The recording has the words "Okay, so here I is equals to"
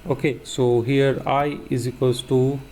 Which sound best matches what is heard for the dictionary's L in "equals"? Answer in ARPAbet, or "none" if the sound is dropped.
none